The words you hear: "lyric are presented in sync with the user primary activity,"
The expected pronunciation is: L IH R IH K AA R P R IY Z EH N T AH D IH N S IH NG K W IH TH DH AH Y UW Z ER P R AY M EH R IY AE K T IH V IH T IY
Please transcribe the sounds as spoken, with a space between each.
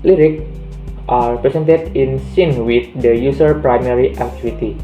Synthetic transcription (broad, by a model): L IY R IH K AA R P R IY S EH N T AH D IH N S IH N W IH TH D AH Y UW S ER P R AY M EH R IY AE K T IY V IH T IY